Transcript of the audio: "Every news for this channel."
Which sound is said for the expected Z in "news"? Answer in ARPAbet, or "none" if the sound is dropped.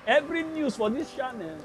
S